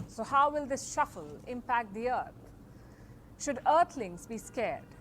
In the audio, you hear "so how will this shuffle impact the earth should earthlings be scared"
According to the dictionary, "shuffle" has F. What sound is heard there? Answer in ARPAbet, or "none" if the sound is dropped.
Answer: F